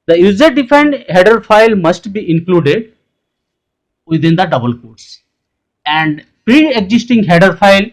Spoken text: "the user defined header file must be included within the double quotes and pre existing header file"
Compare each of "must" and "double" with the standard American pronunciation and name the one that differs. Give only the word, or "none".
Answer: none